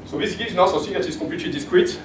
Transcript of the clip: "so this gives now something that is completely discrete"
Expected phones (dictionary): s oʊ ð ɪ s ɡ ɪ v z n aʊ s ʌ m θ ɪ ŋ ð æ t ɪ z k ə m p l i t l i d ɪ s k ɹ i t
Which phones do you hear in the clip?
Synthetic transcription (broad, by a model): s oʊ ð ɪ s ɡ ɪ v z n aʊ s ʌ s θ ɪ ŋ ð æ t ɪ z k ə p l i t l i d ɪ s k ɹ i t